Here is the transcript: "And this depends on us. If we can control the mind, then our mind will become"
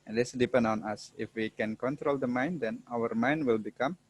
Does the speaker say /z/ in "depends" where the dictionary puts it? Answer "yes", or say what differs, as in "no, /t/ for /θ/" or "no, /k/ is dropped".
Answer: no, /z/ is dropped